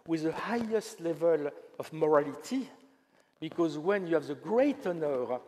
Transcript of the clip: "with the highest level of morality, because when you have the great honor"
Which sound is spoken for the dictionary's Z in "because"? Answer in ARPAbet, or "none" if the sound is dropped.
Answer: Z